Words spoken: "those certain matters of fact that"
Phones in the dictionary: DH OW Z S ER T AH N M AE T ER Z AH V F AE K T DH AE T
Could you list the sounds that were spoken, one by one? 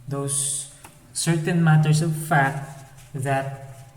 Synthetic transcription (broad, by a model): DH OW S ER T AH N M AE T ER S AH V F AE K T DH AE T